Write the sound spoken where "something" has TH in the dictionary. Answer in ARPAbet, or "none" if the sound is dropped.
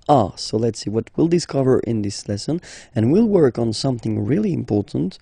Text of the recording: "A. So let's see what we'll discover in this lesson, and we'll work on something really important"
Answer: TH